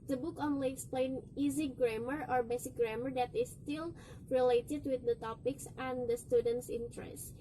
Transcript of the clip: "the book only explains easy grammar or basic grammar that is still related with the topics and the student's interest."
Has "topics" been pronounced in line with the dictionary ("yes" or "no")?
yes